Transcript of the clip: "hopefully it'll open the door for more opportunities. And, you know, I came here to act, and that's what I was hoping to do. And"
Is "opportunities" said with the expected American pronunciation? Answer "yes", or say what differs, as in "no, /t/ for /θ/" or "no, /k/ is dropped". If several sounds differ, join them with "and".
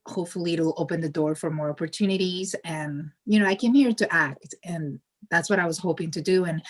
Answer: yes